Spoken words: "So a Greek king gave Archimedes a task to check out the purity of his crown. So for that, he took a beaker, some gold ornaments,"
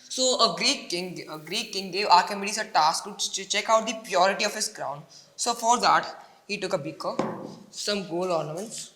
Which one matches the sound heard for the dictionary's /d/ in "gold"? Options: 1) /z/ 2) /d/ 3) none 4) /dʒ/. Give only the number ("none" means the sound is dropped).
3